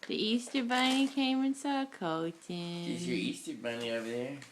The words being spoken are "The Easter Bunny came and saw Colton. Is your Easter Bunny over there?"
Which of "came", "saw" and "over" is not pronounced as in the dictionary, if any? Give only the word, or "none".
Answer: none